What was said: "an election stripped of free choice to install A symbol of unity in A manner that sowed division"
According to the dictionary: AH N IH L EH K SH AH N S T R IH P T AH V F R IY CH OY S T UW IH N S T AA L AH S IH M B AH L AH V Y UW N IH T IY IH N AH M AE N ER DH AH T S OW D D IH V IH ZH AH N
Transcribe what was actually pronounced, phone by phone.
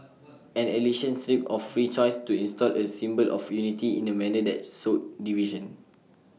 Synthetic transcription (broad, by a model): AH N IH L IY SH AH N S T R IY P AH F R IY CH OY S T UW IH N S T AA L AH S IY M B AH L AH F Y UW N IH T IY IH N AH M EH N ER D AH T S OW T D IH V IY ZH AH N